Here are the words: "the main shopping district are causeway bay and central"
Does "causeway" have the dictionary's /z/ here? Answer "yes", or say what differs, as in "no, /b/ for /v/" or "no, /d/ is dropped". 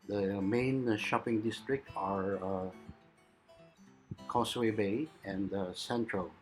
no, /s/ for /z/